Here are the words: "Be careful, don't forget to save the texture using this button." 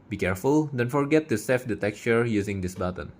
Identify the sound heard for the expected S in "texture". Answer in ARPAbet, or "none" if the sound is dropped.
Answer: none